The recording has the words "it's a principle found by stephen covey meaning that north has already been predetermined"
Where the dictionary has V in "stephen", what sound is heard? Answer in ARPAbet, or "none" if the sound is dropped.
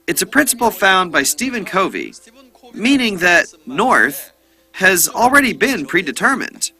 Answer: V